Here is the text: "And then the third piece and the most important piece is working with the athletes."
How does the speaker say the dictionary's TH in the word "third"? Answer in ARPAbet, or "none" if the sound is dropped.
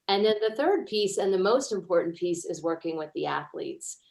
TH